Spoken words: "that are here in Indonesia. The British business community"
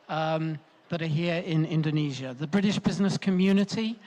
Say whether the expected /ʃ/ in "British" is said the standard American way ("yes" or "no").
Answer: yes